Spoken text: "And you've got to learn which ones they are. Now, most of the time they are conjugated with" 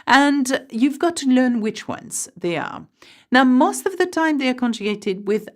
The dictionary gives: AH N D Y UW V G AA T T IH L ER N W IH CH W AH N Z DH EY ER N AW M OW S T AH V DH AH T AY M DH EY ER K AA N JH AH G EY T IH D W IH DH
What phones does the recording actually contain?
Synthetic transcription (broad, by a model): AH N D Y UW V G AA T T IH L ER N W IH CH W AH N Z DH EY ER N AW M OW S T AH V DH AH T AY M DH EY ER K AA N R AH G EY T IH D W IH DH